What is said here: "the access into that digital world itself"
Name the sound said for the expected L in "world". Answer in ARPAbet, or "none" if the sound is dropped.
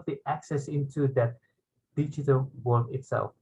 none